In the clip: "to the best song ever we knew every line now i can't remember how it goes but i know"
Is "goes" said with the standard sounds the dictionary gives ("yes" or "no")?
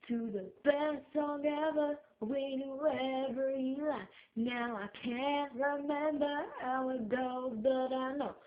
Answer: no